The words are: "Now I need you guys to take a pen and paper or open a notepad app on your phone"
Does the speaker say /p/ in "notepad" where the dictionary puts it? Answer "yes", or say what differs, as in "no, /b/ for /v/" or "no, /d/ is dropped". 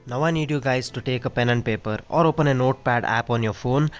yes